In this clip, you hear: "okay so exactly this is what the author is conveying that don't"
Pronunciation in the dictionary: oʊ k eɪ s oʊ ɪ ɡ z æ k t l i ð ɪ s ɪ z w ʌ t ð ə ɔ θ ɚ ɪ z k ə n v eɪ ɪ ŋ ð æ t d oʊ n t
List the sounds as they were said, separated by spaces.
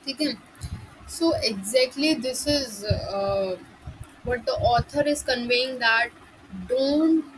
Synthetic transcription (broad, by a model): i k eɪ s oʊ ɪ ɡ z æ k t l i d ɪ s ɪ z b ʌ t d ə ɔ t ɚ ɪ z k ə n v eɪ ɪ ŋ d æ t d oʊ n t